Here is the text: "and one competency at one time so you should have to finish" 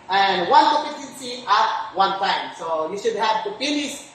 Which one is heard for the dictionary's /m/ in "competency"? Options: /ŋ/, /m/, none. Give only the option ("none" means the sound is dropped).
none